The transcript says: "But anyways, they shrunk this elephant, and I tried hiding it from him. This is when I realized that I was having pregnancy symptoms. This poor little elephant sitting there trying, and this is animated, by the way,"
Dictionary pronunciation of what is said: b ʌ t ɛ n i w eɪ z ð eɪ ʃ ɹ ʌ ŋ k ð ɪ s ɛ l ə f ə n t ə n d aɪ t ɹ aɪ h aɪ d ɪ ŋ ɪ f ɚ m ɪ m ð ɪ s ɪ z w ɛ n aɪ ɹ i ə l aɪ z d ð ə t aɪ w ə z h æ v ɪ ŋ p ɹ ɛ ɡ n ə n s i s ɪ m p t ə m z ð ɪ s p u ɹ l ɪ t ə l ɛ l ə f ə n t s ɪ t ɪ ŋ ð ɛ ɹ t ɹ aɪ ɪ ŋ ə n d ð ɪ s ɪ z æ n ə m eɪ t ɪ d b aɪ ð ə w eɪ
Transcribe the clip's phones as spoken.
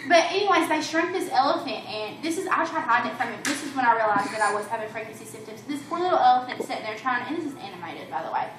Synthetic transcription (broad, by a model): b ʌ t ɛ n i w eɪ z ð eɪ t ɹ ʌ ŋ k ð ɪ s ɛ l ə f ə n t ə n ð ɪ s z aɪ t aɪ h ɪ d ɪ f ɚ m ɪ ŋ ð ɪ s ɪ z w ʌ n aɪ ɹ i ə l aɪ z ð ə t aɪ w ə z h æ v ɪ ŋ f ɹ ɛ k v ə n s i s ɪ m p t ə m z ð ɪ s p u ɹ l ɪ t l ɛ l ə f ə n t s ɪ t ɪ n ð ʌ ɹ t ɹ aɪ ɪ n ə n ð ɪ s ɪ z æ n ə m eɪ t ɪ d b aɪ ð ə w eɪ